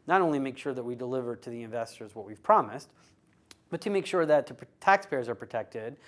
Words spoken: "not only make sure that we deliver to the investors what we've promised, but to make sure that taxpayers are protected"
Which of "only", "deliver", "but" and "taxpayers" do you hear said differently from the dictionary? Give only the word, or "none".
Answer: none